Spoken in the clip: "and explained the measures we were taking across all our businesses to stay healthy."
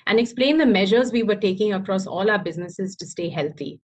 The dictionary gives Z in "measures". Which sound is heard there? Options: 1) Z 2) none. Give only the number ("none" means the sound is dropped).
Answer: 1